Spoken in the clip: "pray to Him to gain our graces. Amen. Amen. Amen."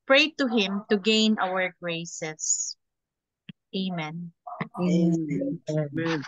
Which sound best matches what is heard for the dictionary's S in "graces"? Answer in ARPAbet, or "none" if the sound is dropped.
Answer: none